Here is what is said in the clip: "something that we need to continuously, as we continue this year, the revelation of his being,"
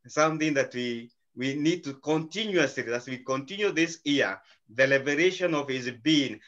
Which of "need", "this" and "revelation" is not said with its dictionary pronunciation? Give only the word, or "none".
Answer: revelation